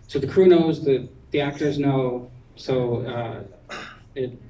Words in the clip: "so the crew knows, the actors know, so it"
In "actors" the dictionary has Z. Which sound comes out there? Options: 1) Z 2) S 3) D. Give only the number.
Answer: 1